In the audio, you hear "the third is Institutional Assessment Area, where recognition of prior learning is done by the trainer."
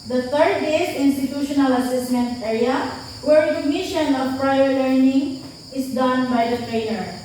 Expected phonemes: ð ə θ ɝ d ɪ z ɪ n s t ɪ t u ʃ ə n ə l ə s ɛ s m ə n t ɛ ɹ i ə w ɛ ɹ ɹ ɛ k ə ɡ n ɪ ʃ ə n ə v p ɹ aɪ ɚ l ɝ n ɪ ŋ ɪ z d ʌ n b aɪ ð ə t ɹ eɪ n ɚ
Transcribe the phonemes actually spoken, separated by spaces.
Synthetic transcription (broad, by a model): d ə t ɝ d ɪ s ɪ n s t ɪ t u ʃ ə n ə l ə s ɛ s m ə n t ɛ ɹ i ə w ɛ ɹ ɹ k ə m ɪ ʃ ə n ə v p ɹ aɪ ɚ l ɝ n ɪ ŋ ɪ s d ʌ n b aɪ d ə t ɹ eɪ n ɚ